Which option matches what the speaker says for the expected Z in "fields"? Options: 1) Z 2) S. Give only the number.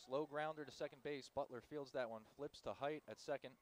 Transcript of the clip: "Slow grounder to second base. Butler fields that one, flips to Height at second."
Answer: 1